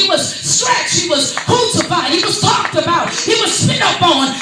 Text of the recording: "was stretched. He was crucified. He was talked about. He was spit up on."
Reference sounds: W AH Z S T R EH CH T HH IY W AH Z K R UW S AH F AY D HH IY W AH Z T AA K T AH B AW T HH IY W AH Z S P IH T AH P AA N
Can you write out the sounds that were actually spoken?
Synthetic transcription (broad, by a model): W AH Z S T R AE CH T HH IY W AH Z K UW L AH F AY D HH IY W AH Z T AA K T AH B AW T HH IY W AH Z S IH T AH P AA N